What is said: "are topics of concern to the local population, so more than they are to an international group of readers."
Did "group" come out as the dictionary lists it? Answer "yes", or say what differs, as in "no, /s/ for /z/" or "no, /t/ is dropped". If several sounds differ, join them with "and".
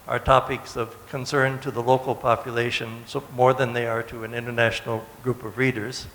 yes